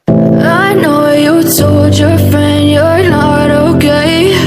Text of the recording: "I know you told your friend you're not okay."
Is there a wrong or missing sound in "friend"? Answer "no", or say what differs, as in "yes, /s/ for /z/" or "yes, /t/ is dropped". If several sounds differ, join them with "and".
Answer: no